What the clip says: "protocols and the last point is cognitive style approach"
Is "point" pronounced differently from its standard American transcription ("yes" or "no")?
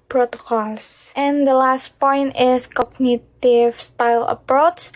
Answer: no